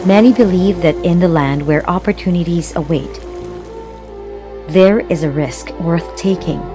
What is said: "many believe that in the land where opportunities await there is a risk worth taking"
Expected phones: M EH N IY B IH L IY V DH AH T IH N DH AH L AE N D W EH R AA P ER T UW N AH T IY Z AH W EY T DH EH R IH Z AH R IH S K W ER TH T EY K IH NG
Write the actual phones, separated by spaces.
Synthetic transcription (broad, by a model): M EH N IY B IH L IY V DH AH T IH N DH AH L AE N D W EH R AA P ER T UW N AH T IY Z AH W EY T DH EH R IH Z AH R IH S K W ER TH T EY K IH NG